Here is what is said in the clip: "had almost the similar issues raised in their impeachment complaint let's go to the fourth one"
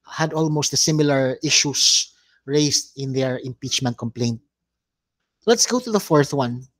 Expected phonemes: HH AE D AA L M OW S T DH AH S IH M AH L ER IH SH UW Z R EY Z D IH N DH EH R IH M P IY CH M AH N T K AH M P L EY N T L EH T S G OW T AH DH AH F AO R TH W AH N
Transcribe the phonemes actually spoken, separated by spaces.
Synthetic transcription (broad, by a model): HH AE D AA L M OW S T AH S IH M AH L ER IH SH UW S R EY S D IH N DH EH R IH M P IY CH M AH N T K AH M P L EY N T L EH T S G OW T AH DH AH F AO R TH W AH N